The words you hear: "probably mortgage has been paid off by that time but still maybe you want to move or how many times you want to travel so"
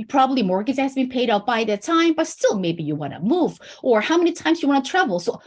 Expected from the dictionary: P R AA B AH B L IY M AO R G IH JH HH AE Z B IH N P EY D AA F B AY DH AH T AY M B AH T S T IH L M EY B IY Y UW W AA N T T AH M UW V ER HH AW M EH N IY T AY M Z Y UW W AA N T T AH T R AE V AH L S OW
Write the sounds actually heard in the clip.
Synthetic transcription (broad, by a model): P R AA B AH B L IY M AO R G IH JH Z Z B IH N P EY D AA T B AY DH AH T AY M B AH T S T IH L M EY B IY Y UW W AA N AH M UW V ER HH AW M EH N IY T AY M Z Y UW W AA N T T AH T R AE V L S OW